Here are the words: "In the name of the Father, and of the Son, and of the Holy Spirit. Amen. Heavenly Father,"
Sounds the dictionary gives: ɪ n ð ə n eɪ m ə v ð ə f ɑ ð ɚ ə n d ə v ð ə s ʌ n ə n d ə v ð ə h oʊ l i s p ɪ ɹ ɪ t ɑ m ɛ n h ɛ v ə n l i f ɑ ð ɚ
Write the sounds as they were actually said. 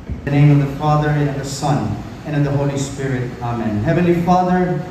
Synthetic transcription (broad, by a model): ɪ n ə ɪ m ə v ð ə f ɑ ð ɚ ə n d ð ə s ʌ n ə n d ə v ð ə h oʊ l i s p ɪ ɹ ɪ t ɑ m ɛ n h ɛ v ə n l i f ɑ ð ɚ